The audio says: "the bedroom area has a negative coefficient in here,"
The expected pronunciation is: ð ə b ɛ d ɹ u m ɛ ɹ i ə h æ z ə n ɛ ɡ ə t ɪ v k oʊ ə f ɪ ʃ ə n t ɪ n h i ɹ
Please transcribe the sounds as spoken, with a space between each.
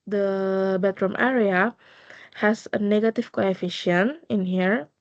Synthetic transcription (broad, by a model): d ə b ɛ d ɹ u m ɛ ɹ i ə h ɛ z ə n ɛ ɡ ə t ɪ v k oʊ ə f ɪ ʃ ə n ɪ n h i ɹ